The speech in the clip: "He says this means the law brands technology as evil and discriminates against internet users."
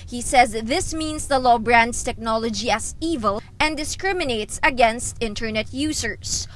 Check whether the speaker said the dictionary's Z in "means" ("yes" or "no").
no